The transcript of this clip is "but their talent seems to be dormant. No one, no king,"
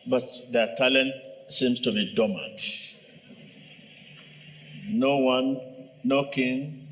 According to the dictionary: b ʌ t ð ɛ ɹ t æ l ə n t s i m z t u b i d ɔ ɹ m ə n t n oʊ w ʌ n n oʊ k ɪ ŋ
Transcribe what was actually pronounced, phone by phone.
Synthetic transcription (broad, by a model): b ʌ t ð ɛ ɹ t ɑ l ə n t s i m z t u b i d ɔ m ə t n oʊ w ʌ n n oʊ k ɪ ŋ